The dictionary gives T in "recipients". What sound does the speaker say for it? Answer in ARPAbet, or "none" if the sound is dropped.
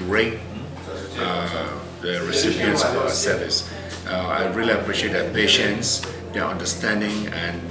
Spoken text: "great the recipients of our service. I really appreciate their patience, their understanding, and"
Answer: S